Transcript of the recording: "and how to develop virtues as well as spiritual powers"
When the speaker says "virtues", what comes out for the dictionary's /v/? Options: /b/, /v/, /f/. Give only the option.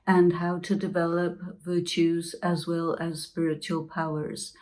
/v/